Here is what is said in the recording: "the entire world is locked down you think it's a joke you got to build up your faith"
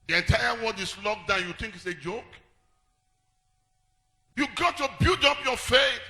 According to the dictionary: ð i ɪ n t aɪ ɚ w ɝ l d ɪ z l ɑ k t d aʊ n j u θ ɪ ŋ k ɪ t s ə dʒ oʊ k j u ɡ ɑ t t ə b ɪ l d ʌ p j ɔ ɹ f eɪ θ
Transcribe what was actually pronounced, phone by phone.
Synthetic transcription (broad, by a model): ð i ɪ n t aɪ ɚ w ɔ n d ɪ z l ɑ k d aʊ n j u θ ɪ ŋ k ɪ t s ə dʒ oʊ k j u ɡ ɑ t t ə b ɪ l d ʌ p j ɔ f eɪ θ